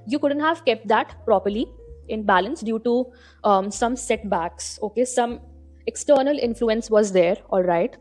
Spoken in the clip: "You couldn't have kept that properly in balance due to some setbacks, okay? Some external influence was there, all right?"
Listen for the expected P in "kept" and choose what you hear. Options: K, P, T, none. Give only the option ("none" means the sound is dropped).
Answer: P